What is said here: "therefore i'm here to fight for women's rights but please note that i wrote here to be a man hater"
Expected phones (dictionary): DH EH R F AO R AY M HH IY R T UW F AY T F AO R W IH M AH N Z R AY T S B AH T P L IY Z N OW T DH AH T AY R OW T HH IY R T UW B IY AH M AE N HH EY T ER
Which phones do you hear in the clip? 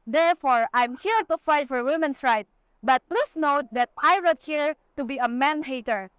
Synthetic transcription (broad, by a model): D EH R F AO R AY M HH IY R T UW F AY T F AO R W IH M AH N S R AY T B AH T P L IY S N OW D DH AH T AY R OW T HH IY R T UW B IY AH M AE N HH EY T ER